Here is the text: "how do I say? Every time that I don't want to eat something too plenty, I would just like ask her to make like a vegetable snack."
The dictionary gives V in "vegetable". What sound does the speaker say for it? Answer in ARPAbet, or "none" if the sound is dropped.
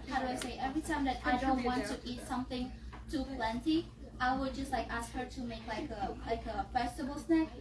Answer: F